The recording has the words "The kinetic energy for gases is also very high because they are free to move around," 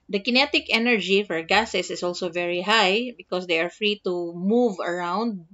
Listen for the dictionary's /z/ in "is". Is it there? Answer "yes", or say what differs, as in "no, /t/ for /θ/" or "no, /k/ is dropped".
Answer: no, /s/ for /z/